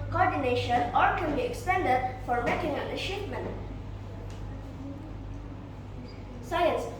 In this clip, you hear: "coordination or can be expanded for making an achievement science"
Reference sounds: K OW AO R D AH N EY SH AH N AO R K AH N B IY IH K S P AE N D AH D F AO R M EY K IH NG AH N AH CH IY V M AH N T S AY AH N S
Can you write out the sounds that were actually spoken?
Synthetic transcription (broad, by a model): K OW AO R D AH N EY SH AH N AO R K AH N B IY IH K S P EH N D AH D F AO R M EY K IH NG AH N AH SH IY P M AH N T S AY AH N S